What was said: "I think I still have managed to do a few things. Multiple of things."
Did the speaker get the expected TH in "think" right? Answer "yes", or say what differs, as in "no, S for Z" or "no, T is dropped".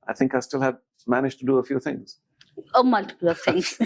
yes